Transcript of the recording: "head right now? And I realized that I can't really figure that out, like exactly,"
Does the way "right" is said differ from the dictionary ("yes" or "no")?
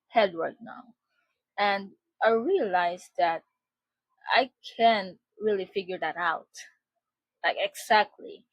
yes